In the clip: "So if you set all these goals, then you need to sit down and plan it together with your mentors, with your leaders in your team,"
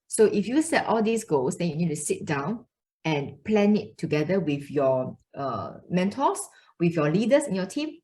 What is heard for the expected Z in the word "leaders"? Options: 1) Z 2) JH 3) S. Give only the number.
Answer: 3